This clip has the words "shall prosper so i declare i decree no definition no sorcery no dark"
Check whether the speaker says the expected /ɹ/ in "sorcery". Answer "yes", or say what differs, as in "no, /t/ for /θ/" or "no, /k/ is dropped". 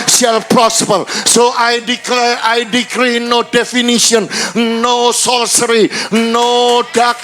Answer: no, /l/ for /ɹ/